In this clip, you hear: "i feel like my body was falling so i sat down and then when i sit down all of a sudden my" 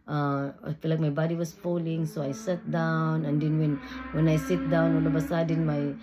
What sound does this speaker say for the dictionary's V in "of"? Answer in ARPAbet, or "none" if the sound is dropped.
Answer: B